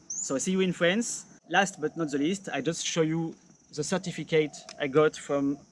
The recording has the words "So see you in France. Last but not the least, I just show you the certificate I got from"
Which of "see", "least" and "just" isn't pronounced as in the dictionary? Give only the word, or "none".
none